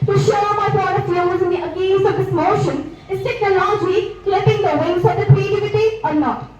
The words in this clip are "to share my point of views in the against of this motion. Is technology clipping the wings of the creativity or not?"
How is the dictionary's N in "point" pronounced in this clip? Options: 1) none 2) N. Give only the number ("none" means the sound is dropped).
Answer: 1